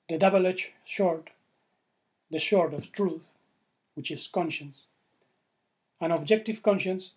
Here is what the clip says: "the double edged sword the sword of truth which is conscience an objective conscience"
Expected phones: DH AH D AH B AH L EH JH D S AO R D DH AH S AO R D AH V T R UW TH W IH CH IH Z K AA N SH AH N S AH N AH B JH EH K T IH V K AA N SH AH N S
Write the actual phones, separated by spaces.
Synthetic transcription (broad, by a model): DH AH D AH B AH L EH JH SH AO R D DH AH SH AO R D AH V T R UW TH W IH CH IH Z K AA N SH AH N S AH N AH B JH EH K T IH V K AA N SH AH N S